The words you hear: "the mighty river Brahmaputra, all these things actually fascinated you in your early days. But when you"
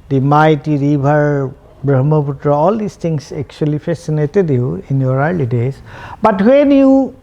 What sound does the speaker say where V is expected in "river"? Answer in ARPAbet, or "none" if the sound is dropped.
B